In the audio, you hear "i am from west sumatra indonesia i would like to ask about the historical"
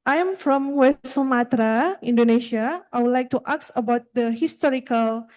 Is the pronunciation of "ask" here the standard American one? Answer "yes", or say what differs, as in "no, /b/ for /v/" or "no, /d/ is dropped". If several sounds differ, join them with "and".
no, /k/ is dropped